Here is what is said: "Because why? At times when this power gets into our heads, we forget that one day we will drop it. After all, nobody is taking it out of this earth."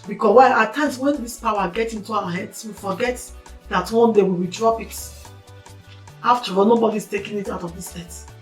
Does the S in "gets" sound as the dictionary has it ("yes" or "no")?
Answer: no